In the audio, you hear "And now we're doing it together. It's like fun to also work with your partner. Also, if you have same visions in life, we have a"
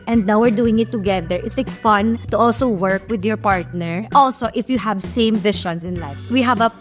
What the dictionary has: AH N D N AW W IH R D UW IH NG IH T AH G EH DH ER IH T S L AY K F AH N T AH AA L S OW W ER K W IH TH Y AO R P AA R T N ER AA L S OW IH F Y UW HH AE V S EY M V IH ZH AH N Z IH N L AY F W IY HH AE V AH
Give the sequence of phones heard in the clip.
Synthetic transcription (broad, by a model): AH N D N AW W IH R D UW IH NG IH T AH G EH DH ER IH T S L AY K F AH N T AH AA L S OW W ER K W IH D Y AO R P AA R T N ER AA L S OW IH F Y UW HH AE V S EY M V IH SH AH N S IH N L AY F W IY HH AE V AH